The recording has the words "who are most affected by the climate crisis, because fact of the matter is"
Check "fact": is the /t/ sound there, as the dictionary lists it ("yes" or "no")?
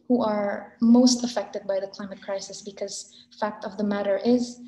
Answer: yes